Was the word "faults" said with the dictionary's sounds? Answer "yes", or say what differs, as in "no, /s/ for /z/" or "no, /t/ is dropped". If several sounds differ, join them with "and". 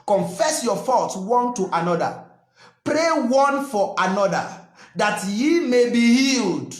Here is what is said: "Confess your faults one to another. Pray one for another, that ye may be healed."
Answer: no, /l/ is dropped